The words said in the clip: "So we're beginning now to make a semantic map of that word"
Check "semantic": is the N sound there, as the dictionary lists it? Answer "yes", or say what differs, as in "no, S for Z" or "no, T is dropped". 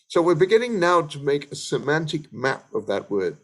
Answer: yes